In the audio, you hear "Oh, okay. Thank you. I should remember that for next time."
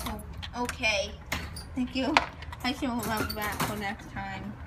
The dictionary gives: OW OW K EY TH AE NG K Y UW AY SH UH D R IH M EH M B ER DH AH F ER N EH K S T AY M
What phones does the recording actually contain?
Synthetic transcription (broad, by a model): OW OW K EY TH AE NG K Y UW AY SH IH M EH B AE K F ER N EH K S T AY M